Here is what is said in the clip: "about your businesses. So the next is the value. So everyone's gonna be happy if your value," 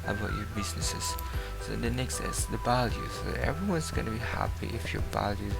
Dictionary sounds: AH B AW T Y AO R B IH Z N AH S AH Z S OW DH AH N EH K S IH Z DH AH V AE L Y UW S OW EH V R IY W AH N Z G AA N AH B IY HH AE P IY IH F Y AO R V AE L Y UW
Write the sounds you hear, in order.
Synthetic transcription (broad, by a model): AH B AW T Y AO B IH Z N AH S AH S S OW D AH N EH K S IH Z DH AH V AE L Y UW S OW EH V R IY W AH N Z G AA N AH B IY HH AE P IY IH F Y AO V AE L Y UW